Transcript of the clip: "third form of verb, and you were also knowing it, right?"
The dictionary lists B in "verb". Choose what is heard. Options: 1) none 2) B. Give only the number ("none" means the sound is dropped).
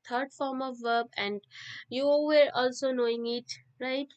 2